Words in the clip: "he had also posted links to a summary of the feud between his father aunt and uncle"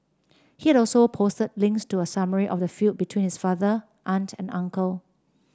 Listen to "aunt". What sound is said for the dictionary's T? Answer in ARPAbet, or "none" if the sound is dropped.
T